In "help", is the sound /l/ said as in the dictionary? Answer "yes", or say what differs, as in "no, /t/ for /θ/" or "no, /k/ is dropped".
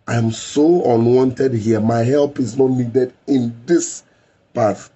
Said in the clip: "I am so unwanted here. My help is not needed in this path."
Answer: yes